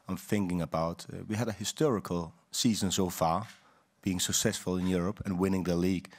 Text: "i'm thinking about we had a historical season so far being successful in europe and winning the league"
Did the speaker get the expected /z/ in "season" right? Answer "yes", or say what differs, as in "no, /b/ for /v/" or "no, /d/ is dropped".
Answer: yes